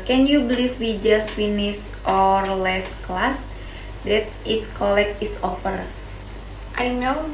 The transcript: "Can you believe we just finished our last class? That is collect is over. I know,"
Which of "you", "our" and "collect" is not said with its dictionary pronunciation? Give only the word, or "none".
collect